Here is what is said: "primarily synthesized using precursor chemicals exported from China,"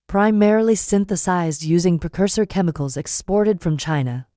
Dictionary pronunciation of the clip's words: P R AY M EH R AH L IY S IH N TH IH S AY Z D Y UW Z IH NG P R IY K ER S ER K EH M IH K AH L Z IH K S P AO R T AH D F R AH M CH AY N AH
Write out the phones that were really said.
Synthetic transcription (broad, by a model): P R AY M EH R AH L IY S IH N TH IH S AY Z D Y UW Z IH NG P R IY K ER S ER K EH M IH K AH L Z IH K S P AO R T AH D F R AH M CH AY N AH